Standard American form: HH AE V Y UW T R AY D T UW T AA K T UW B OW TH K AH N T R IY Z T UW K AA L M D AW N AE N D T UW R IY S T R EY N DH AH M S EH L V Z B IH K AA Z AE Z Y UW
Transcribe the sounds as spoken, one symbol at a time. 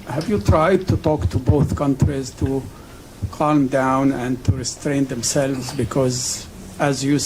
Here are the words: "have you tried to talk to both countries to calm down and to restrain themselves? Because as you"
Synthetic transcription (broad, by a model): HH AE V Y UW T R AY D T UW T AA K T UW B OW TH K AH N T R IY Z T UW K AA L M D AW N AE N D T UW R IY S T R EY N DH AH M S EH L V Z B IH K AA Z AE Z Y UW